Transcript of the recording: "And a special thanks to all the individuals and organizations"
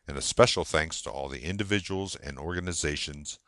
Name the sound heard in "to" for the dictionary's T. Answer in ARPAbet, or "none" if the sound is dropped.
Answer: T